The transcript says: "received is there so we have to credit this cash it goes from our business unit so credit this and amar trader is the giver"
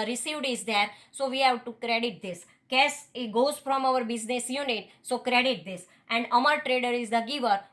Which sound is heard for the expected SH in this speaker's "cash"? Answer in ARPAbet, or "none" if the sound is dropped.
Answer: S